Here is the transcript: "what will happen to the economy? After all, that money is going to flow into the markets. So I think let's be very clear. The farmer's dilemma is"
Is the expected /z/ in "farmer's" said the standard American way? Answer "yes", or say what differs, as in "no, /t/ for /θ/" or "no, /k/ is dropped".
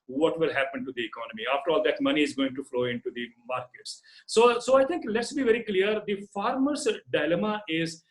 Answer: no, /s/ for /z/